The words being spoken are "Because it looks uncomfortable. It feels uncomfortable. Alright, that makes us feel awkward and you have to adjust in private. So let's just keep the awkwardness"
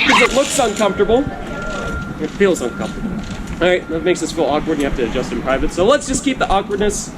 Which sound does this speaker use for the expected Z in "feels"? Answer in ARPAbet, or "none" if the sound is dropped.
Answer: Z